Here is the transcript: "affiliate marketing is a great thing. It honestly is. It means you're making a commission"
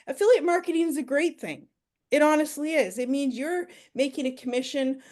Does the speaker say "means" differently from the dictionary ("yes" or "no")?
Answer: no